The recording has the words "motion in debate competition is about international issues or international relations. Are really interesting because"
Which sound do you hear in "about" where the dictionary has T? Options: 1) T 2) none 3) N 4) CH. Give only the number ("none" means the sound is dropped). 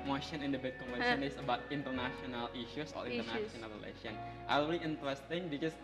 1